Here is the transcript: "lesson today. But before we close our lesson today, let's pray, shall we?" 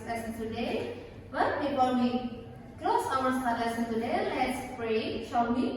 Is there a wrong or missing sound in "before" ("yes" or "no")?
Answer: yes